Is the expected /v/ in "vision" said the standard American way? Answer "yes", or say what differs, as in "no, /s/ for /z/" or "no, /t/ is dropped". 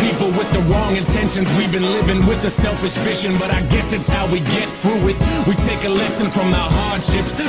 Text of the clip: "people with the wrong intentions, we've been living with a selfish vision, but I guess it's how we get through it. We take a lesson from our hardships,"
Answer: no, /f/ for /v/